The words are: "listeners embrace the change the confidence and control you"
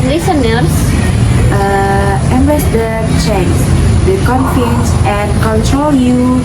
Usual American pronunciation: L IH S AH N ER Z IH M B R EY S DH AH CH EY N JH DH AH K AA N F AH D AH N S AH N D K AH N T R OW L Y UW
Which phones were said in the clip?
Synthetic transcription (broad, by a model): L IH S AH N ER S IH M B EY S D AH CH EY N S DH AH K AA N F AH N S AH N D K AH N T R OW L Y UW